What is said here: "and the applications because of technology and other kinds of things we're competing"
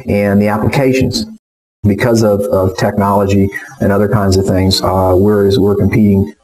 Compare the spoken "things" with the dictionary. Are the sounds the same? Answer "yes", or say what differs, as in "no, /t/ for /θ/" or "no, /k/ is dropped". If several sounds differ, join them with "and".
yes